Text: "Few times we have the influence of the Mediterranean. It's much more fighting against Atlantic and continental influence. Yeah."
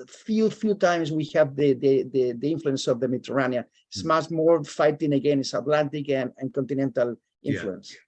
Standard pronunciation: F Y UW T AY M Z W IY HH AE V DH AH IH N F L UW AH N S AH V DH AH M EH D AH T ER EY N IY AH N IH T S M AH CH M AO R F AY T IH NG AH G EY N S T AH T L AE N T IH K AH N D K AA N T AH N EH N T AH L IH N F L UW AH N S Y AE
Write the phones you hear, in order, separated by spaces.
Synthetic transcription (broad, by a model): F Y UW T AY M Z W IY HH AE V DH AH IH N F L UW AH N S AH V DH AH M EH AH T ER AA N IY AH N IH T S M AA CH M AO R F AY T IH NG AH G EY N S AH T L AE N T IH K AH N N K AA N T AH N EH N T AH L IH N F L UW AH N S